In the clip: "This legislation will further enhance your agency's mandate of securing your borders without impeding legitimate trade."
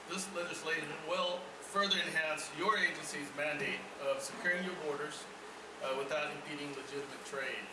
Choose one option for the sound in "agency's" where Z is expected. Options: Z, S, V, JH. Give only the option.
Z